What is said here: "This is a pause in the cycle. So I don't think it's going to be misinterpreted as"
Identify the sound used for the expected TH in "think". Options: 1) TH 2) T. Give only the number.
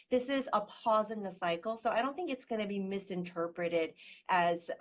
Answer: 1